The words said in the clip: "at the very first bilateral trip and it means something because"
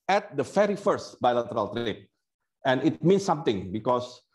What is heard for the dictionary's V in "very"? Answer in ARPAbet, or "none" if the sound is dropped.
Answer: F